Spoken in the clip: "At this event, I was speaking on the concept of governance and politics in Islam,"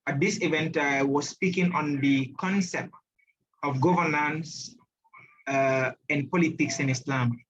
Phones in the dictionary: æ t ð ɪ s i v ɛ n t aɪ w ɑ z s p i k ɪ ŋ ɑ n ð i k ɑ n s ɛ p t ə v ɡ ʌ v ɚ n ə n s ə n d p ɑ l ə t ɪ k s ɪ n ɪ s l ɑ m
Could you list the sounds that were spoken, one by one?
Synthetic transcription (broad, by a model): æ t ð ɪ s i v ɛ n t aɪ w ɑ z s p i k ɪ ŋ ɑ n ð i k ɑ n s ɛ p t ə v ɡ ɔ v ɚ n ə n s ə n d p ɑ l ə t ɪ k s ɪ n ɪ s l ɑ m